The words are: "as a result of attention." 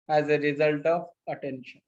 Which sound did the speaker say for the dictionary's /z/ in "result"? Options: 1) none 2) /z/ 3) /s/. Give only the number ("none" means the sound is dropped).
2